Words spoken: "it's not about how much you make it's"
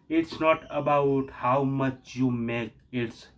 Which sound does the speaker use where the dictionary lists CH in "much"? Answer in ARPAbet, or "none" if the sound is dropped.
CH